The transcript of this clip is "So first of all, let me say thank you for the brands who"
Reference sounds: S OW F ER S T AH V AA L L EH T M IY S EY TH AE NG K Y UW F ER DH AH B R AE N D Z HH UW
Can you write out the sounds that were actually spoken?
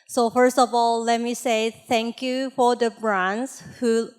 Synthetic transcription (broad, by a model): S OW F ER S T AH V AA L L EH T M IY S EY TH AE NG K Y UW F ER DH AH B R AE N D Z HH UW